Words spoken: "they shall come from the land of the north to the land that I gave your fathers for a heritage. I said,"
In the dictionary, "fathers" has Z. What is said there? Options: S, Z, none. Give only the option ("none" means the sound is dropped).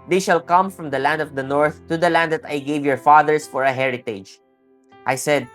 S